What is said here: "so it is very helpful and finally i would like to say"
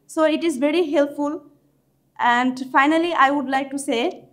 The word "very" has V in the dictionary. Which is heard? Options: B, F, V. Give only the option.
V